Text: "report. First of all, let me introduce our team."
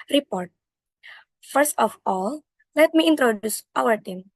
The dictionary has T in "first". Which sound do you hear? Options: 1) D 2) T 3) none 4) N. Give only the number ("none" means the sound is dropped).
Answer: 2